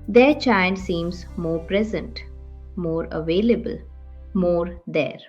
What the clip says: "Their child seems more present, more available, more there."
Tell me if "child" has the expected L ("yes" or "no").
no